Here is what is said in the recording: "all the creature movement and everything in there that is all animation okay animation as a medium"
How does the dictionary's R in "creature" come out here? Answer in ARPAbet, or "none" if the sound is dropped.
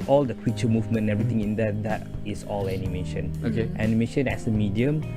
W